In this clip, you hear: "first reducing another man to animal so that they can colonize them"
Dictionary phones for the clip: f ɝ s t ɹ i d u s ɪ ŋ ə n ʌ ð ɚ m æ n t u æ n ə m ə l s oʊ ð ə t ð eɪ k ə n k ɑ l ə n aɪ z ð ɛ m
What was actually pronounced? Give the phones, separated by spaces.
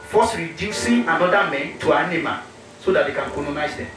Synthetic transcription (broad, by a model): f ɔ s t ɹ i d u s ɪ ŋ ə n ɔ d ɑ m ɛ n t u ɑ n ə m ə s oʊ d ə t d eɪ k ə n k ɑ n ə n aɪ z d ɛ m